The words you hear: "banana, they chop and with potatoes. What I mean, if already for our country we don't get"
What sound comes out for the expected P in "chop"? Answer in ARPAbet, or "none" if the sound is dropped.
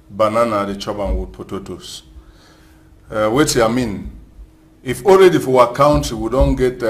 B